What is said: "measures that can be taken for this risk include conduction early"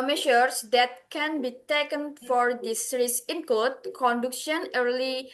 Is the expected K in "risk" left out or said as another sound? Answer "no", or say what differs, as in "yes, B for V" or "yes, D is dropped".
yes, K is dropped